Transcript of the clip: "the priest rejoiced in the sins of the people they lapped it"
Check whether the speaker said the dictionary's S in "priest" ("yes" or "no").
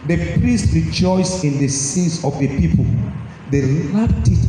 yes